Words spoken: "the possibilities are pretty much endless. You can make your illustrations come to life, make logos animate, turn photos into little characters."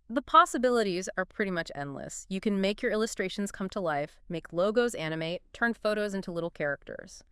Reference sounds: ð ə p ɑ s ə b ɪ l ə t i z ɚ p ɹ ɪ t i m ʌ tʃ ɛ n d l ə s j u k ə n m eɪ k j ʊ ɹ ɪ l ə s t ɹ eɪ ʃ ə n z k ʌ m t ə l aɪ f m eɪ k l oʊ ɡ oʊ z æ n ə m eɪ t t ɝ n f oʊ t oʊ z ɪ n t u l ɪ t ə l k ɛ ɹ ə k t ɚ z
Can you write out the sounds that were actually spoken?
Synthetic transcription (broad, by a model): ð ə p ɑ s ə b ɪ l ə t i z ɚ p ɹ ɪ t i m ʌ tʃ ɛ n d l ə s j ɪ k ə n m eɪ k j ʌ ɹ ɪ l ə s t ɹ eɪ ʃ n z k ʌ m t ə l aɪ f m eɪ k l oʊ ɡ oʊ z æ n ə m eɪ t t ɝ n f oʊ t oʊ z ɪ n t u l ɪ t l k ɛ ɹ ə k t ɚ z